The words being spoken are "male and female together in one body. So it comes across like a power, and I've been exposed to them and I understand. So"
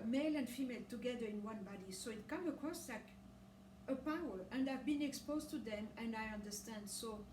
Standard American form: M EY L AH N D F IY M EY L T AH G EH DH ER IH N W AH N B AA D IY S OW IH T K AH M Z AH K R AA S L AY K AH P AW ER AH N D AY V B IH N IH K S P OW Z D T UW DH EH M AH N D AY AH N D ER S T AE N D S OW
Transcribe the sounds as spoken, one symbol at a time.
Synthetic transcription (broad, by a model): M EY L AH N D F IY M EY L T AH G EH DH ER IH N W AH N B AA D IY S OW IH T K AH M AH K R AA S L AY K AH P AW ER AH N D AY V B IH N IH K S P OW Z T UW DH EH M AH N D AY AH N D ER S T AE N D S OW